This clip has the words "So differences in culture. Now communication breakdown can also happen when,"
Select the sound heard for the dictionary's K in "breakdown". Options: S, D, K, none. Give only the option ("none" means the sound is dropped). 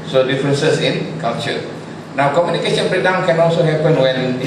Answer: none